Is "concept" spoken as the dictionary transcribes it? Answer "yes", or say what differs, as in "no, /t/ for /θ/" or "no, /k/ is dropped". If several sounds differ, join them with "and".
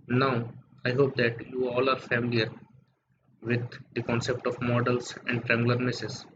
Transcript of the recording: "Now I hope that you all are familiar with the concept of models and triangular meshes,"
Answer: yes